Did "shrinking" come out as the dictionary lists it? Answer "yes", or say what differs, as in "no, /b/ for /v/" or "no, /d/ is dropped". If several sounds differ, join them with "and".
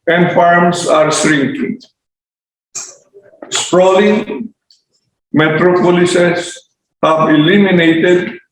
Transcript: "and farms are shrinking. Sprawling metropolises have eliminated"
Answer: no, /s/ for /ʃ/